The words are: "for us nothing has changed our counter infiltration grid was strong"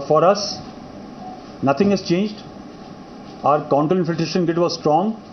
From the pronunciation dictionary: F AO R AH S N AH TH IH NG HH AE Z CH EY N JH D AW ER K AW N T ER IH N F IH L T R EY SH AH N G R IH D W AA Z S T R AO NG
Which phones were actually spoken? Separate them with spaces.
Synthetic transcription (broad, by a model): F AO R AH S N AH T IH NG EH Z CH EY N JH D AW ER K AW N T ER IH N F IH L T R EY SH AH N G IH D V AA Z S T R AO NG